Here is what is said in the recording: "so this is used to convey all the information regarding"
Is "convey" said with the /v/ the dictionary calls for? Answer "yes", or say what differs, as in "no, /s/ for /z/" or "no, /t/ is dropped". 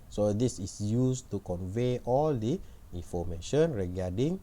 yes